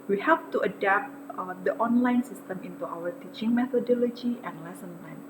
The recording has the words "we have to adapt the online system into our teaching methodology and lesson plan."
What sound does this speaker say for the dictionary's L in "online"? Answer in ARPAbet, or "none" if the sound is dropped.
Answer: L